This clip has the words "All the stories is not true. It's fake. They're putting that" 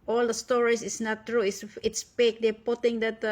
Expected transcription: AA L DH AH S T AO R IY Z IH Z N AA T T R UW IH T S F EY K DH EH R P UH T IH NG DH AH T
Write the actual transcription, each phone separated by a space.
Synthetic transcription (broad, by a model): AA L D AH S T AO R IY S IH S N AA T T R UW IH T S P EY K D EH P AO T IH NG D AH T